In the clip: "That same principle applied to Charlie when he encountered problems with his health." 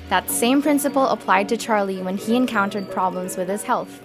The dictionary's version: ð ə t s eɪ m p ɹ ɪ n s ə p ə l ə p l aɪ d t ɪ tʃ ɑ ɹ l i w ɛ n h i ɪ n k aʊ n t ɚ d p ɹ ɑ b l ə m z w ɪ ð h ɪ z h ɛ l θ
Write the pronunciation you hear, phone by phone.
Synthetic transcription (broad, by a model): ð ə t s eɪ m p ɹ ɪ n s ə p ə l ə p l aɪ d t ɪ tʃ ɑ ɹ l i w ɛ n i ɪ n k aʊ n t ɚ d p ɹ ɑ b l ə m z w ɪ ð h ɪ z h ɛ l θ